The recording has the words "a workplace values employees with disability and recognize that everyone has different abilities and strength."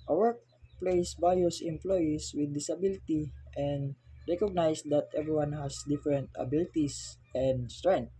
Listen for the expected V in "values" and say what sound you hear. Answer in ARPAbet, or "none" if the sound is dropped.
B